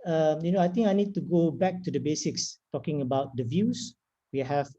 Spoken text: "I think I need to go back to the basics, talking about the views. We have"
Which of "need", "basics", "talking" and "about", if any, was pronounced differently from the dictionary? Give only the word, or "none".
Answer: none